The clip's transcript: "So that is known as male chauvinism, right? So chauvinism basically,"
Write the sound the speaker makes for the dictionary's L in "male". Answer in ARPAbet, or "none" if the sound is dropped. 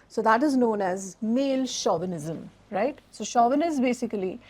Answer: L